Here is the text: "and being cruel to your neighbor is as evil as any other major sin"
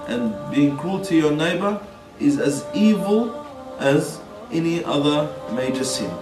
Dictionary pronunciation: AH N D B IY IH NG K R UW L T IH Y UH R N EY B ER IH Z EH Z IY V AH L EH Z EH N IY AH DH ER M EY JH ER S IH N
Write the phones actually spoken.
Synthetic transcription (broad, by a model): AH N B IY IH NG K UW L T IH Y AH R N EY B ER IH Z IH Z IY V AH L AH Z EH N IY AH DH ER M EY JH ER S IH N